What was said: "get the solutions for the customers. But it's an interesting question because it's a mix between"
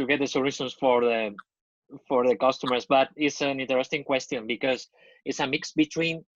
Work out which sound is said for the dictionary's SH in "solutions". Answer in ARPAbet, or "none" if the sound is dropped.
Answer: S